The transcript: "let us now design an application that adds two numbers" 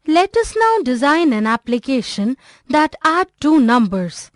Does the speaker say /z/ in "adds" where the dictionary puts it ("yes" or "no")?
no